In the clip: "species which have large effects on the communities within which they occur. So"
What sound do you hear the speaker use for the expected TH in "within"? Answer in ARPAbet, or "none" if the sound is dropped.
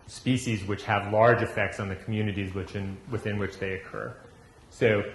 TH